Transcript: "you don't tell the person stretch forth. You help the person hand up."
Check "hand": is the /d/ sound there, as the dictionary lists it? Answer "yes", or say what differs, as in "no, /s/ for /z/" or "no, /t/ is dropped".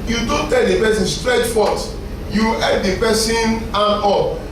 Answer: no, /d/ is dropped